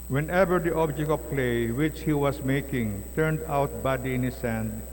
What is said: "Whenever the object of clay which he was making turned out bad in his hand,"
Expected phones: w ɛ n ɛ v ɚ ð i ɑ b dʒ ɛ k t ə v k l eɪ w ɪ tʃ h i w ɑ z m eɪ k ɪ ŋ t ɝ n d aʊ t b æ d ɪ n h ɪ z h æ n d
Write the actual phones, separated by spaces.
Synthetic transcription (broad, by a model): w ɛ n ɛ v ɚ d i ɑ b dʒ ɛ k t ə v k l eɪ w ɪ tʃ h i w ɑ s m eɪ k ɪ ŋ t ɝ n d aʊ t b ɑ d ɪ n h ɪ s h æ n d